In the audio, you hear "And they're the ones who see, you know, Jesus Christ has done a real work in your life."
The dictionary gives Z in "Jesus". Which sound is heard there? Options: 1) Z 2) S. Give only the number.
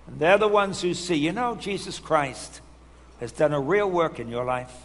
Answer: 1